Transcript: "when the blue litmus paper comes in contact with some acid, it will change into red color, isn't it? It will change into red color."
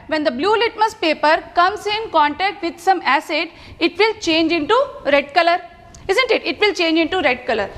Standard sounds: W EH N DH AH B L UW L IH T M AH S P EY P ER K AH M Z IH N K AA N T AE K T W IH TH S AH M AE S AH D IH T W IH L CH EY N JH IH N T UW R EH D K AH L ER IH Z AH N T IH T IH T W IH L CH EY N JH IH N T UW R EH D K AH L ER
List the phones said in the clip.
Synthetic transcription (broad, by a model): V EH N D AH B L UW L IH T M AH S P EY P ER K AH M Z IH N K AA N T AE K T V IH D S AH M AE S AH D IH T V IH L CH EY N JH IH N T UW R EH D K AH L ER IH Z AH N T IH T IH T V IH L CH EY N JH IH N T UW R EH D K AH L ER